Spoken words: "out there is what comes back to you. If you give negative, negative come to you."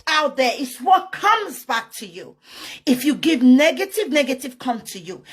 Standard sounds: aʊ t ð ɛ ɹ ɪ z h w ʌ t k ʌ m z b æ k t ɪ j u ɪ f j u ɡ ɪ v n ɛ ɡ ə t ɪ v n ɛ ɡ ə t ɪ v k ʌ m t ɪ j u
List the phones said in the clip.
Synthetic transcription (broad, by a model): aʊ t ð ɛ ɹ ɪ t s w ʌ t k ʌ m z b æ k t ɪ j u ɪ f j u ɡ ɪ v n ɛ ɡ ə t ɪ v n ɛ ɡ ə t ɪ v k ʌ m t ɪ j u